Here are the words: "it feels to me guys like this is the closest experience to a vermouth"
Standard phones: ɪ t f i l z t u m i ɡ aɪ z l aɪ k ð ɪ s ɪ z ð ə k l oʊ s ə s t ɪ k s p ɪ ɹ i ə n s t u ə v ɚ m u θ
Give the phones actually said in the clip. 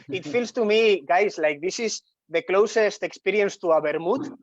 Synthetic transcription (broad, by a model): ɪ t f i l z t u m i ɡ aɪ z l aɪ k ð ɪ s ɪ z ð ə k l oʊ s ə s t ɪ k s p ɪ ɹ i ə n s t u ə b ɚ m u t